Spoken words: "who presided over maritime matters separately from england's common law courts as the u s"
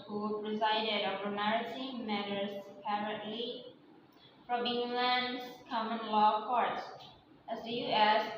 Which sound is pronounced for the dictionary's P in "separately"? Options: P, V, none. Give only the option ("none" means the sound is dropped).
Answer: none